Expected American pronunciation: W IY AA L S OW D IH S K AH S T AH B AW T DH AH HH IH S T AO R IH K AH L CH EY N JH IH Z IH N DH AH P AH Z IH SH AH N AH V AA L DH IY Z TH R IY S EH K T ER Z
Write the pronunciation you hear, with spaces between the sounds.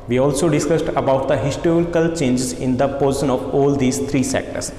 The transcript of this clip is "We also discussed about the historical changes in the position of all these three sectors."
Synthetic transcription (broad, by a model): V IY AA L S OW D IH S K AH S T AH B AW T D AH HH IH S T AO R IH K AH L CH EY N JH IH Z IH N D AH P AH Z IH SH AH N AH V AA L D IY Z T R IY S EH K T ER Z